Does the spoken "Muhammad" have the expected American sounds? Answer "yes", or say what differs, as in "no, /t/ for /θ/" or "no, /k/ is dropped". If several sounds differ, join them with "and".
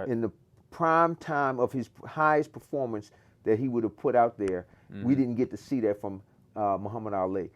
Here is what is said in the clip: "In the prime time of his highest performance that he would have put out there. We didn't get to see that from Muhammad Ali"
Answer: yes